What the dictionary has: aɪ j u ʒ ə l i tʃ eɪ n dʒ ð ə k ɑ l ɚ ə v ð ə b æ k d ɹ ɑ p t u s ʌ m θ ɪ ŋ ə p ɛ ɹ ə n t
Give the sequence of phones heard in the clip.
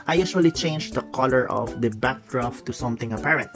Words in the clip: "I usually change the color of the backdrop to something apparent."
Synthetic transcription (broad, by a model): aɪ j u s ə l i tʃ eɪ n dʒ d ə k ɑ l ɚ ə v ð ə b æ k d ɹ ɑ f t u s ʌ m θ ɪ ŋ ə p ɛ ɹ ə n t